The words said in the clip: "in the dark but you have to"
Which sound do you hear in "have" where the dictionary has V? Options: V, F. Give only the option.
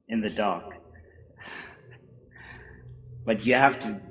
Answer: F